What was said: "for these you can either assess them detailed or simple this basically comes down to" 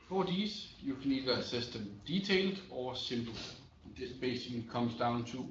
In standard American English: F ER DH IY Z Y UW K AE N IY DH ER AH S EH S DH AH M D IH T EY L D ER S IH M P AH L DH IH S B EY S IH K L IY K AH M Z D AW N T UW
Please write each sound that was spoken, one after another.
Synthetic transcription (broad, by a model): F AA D IY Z Y UW K AE N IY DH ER AH S EH S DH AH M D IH S EY L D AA S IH M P L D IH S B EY S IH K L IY K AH M S D AW N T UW